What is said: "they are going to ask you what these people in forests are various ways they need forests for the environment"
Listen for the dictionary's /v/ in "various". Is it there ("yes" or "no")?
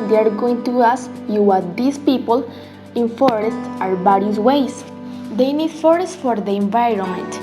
no